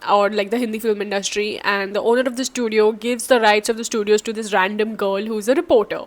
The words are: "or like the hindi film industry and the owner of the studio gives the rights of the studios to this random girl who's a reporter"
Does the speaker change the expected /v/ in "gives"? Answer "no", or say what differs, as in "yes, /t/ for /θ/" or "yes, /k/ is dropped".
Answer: no